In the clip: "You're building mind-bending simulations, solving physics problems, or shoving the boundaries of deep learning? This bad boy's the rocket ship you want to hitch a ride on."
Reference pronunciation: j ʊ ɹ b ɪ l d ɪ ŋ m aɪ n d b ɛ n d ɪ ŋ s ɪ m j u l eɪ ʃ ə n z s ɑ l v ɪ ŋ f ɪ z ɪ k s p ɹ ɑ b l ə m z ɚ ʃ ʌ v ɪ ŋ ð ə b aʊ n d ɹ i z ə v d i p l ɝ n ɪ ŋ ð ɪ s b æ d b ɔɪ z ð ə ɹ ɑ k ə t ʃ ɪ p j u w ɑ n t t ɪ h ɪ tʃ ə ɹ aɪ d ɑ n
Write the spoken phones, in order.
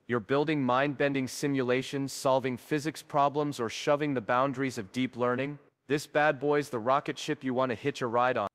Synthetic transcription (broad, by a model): j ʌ ɹ b ɪ l d ɪ ŋ m aɪ n b ɛ n d ɪ ŋ s ɪ m j u l eɪ ʃ ə n z s ɑ l v ɪ ŋ f ɪ z ɪ k s p ɹ ɑ b l ə m z ɚ ʃ ʌ v ɪ ŋ ð ə b aʊ n d ɹ i z ə v d i p l ɝ n ɪ ŋ ð ɪ s b æ d b ɔɪ z ð ə ɹ ɑ k ə t ʃ ɪ p j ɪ w ɑ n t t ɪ h ɪ tʃ ə ɹ aɪ d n